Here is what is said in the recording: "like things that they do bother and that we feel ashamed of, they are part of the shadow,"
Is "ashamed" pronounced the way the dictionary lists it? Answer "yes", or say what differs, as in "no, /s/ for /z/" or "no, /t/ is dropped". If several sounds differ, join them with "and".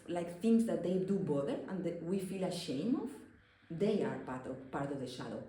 no, /d/ is dropped